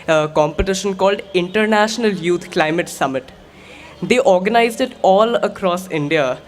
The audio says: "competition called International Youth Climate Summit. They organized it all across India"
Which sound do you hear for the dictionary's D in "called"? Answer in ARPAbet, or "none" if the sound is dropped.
D